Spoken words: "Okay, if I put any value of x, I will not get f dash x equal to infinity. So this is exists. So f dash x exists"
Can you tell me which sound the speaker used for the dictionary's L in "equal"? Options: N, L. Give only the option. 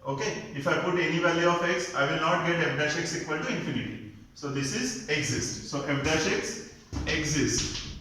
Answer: N